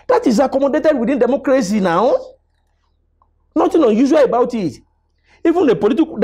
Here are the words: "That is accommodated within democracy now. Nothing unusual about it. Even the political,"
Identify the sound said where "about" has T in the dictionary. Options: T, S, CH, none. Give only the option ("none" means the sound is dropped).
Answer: T